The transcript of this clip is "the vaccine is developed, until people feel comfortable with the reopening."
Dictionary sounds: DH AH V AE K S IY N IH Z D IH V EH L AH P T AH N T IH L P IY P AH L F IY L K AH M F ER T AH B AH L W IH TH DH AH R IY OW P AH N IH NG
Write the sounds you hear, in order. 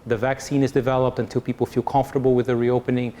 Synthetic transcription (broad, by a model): DH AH V AE K S IY N IH Z D IH V EH L AH P T AH N T IH L P IY P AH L F IY L K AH M F T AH B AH L W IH DH AH R IY OW P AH N IH NG